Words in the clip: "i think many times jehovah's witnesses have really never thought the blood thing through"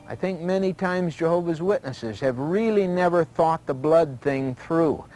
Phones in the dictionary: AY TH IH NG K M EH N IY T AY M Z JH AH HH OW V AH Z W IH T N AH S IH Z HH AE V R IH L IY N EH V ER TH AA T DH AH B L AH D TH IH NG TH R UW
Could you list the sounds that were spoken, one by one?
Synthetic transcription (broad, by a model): AY TH IH NG K M EH N IY T AY M Z JH AH HH OW V AH Z W IH T N AH S IH Z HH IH V R IH L IY N EH V ER TH AA T DH AH B L AH D TH IH NG TH R UW